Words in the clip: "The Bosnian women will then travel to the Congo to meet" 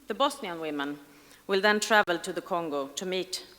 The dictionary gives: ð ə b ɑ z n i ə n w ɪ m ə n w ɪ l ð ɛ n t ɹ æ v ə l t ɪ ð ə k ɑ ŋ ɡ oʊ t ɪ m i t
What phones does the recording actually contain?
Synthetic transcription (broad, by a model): ð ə b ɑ s n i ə n w ɪ m ə n w ɪ l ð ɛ n t ɹ æ v ə l t ɪ ð ə k ɑ ŋ ɡ oʊ t ɪ m i t